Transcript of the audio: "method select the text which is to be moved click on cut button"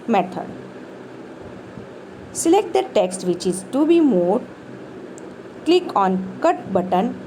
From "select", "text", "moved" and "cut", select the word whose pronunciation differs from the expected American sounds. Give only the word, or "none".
moved